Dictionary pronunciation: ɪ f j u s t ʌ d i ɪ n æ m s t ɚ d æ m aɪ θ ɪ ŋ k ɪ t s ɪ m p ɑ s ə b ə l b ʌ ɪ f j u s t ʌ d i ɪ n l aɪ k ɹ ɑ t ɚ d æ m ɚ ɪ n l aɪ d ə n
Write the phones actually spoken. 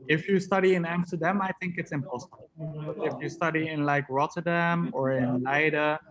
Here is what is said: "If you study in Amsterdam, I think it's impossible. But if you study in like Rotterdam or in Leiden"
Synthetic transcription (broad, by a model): ɪ f j u s t ʌ d i ɪ n æ m s t ɚ d æ m aɪ θ ɪ ŋ k ɪ t s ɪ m p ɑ s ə ə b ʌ ɪ f j u s t ʌ d i ɪ n l aɪ k ɹ ɑ t ɚ d æ m ɚ ɪ n l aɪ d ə